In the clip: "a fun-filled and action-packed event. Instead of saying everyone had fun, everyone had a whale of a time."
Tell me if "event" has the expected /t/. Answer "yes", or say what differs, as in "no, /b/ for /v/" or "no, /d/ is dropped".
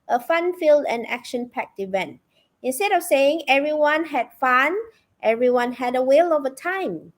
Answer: yes